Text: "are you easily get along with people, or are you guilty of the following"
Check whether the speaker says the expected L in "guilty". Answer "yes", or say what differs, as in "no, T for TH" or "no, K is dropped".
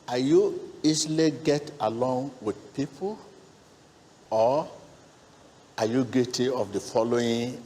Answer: no, L is dropped